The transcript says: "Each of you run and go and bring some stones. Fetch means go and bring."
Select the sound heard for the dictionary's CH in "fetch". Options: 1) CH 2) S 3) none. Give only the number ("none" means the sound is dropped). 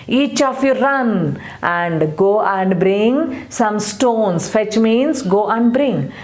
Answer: 1